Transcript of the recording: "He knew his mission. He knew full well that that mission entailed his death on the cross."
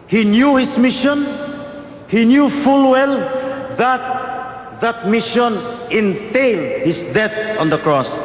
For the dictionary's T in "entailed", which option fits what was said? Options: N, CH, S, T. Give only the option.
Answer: T